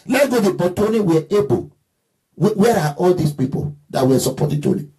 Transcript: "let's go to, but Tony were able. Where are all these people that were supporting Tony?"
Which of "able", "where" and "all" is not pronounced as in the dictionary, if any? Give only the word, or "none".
able